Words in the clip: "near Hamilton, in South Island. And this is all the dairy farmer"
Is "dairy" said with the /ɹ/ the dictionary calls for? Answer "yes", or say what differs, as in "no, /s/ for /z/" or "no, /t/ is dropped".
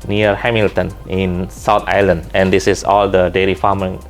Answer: no, /l/ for /ɹ/